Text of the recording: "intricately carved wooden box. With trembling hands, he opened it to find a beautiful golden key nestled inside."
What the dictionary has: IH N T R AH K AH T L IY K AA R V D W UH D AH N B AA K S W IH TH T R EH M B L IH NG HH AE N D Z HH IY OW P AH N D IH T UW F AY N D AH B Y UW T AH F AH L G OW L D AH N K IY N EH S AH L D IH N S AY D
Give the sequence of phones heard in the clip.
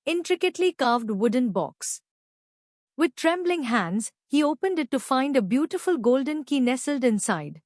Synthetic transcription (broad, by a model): IH N T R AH K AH T L IY K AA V D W UH D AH N B AA K S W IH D T R EH M B L IH NG HH AE N D Z HH IY OW P AH N D IH T UW F AY N D AH B Y UW T AH F AH L G OW L D AH N K IY N EH S AH L D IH N S AY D